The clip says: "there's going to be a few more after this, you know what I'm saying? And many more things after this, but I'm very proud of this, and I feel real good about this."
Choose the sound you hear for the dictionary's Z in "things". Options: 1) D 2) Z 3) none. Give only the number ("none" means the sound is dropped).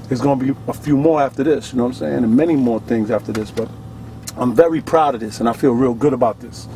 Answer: 2